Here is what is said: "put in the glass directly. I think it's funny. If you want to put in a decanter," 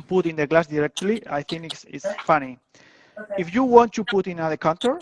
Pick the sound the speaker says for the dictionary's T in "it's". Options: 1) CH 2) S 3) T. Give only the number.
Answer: 2